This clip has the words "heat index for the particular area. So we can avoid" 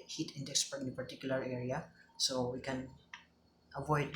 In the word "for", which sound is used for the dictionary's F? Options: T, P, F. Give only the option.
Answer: P